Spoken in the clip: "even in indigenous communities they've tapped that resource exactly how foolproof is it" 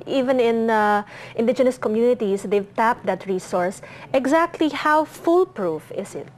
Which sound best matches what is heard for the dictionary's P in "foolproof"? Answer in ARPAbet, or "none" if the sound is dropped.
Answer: P